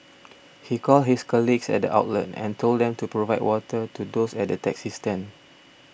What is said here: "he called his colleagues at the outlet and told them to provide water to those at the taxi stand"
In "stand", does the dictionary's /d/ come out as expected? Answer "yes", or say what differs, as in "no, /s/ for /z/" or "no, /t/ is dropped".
no, /d/ is dropped